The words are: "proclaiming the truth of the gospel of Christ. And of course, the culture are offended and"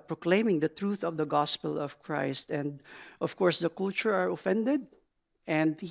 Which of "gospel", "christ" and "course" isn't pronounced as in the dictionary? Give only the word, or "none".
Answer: none